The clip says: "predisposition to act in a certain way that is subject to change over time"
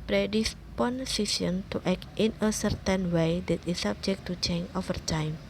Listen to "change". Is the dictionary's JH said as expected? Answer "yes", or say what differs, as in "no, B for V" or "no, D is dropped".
no, JH is dropped